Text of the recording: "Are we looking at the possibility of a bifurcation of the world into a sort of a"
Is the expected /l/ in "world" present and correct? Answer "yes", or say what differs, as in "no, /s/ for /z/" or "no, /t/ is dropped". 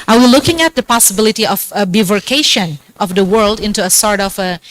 yes